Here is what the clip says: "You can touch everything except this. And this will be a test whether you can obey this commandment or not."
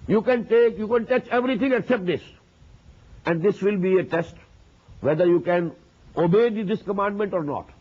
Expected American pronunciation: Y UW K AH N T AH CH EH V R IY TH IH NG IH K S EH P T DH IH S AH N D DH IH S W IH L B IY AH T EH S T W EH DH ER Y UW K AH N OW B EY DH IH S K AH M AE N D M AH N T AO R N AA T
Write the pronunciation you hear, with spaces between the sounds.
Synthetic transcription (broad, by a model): Y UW K AH N T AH CH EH V R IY T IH NG IH K S EH P T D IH S AH N D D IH S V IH L B IY AH T EH S T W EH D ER Y UW K AH N OW B EY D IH S K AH M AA N D M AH N T AO R N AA T